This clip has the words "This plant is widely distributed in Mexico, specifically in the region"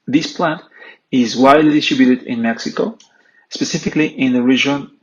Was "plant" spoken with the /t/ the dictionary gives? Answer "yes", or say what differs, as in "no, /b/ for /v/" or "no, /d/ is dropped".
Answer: yes